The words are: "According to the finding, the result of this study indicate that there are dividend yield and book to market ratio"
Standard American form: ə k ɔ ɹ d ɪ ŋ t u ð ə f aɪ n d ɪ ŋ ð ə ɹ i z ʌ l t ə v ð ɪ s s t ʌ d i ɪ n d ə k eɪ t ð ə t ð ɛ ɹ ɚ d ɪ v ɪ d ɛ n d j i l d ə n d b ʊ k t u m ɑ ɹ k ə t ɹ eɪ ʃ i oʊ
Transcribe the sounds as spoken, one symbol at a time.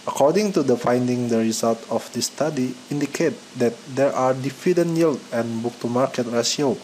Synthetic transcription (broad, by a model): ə k ɔ ɹ d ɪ ŋ t u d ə f aɪ n d ɪ ŋ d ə ɹ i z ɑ l t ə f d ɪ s s t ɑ d i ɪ n d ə k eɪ t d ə t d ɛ ɹ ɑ d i f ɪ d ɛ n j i l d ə n b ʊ k t u m ɑ ɹ k ə t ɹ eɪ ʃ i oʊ